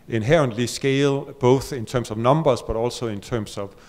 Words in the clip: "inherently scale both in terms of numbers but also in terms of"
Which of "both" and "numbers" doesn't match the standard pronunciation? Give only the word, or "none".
numbers